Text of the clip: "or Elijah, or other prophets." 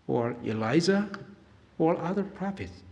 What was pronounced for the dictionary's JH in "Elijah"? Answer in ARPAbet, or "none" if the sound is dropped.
Z